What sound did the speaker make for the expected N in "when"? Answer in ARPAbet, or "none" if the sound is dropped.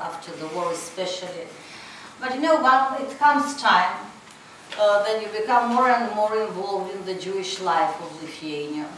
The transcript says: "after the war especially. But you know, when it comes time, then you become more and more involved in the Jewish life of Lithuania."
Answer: none